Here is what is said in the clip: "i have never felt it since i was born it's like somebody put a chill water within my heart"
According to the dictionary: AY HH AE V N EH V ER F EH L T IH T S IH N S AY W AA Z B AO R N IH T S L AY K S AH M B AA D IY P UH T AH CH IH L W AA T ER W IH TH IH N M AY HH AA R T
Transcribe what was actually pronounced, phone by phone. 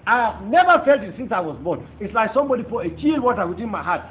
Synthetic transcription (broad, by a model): AY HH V N EH V ER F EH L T IH T S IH N S AY W AA Z B AO N IH T S L AY K S AH M B AA D IY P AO AH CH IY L W AA T ER W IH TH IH N M AY HH AA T